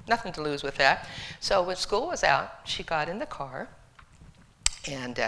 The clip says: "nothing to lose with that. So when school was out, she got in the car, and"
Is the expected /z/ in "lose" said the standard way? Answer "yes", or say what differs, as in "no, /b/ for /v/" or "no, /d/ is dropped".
yes